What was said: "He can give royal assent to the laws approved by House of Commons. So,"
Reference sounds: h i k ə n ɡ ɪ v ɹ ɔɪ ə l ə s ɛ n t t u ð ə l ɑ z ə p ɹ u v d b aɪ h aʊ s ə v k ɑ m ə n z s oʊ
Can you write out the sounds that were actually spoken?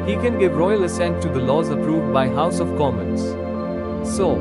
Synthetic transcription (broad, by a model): h i k ə n ɡ ɪ v ɹ ɔɪ ə l ə s ɛ n t t u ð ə l ɑ z ə p ɹ u v d b aɪ h aʊ s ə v k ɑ m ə n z s oʊ